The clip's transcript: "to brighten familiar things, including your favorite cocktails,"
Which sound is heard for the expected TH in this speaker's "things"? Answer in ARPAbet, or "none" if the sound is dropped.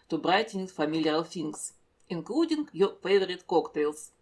F